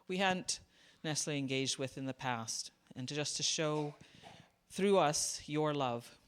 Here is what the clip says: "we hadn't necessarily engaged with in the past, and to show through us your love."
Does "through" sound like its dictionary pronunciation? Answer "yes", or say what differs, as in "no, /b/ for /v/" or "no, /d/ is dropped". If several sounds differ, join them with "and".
yes